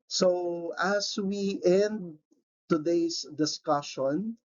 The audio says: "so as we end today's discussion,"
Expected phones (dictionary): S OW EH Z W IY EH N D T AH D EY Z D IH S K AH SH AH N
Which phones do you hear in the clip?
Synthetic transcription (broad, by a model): S OW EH S W IY EH N D T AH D EY S D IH S K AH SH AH N